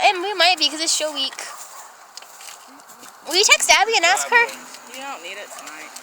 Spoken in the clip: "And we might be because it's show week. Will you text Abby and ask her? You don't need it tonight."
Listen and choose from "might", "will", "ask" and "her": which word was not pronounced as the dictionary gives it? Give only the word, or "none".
none